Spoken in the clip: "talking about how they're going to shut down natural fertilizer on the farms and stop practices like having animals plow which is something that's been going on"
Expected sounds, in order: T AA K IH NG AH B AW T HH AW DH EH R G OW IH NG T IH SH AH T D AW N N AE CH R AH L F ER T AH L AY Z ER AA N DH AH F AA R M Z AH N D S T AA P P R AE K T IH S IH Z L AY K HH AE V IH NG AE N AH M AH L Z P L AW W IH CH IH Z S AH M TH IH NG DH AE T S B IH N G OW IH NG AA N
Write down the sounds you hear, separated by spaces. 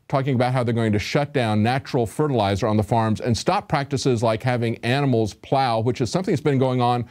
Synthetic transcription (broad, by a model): T AA K IH NG AH B AW T HH AW DH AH R G OW IH NG T IH SH AH T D AW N N AE CH R L F ER T AH L AY Z ER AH N DH AH F AA R M Z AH N S T AA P P R AE K T IH S IH Z L AY K HH AE V IH NG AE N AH M L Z P L AW W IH CH IH Z S AH M TH IH NG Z B IH N G OW IH NG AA N